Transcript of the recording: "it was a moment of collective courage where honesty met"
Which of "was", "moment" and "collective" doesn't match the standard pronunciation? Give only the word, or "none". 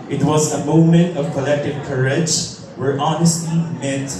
none